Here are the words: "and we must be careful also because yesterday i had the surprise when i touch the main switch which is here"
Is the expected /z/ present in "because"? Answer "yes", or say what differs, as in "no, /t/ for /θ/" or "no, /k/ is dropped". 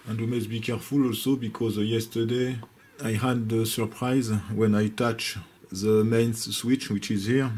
yes